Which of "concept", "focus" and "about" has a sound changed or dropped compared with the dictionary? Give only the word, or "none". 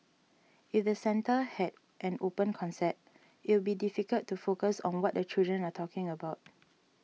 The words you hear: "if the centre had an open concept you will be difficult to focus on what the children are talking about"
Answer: concept